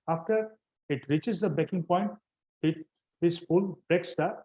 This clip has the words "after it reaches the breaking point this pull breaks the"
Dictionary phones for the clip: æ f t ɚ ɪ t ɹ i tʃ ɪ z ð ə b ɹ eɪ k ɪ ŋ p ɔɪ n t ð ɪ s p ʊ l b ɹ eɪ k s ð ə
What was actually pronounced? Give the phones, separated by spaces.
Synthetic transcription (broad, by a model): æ f t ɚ ɪ t ɹ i tʃ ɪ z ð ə b eɪ k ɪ ŋ p ɔɪ n t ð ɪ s f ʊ l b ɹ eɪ k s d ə